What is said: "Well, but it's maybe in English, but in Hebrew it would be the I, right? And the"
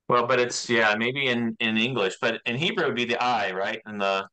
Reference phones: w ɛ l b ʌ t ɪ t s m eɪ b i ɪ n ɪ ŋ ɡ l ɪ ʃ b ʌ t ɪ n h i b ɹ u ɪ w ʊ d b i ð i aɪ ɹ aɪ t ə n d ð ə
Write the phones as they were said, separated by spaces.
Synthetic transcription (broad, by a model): w ɛ l b ʌ t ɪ t s m eɪ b i ɪ n ɪ ŋ ɡ l ɪ ʃ b ʌ t ɪ n h i b ɹ u w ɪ d b i ð i aɪ ɹ aɪ t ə n ð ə